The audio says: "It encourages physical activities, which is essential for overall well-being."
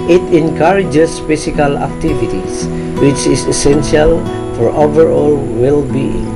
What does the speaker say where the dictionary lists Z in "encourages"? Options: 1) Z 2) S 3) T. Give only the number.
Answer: 2